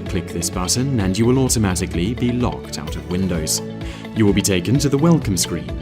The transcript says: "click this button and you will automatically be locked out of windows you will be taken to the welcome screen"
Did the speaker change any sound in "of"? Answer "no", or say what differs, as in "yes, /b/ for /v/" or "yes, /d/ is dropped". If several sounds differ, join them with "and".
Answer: no